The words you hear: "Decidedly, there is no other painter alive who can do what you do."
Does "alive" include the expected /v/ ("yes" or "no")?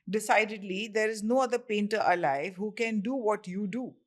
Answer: yes